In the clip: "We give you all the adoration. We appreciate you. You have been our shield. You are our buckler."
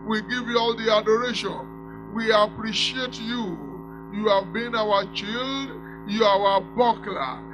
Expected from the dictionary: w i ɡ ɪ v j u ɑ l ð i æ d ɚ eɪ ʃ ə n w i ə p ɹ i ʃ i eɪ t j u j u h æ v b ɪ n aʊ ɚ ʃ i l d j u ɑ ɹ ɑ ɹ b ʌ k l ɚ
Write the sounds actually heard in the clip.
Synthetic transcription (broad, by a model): w i ɡ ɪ v j u ɑ l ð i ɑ d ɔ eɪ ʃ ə n w i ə p ɹ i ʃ i eɪ t j u j u h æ v b ɪ n aʊ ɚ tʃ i l d j u ɑ w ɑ b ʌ k l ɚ